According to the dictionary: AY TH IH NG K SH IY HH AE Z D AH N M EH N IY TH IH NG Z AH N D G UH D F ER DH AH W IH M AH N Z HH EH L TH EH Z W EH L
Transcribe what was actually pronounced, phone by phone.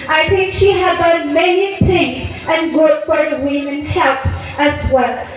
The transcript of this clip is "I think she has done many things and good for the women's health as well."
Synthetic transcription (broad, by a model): AY TH IH NG K SH IY HH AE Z D AH N M EH N IY TH IH NG Z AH N G UH D F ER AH W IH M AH N HH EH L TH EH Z W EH L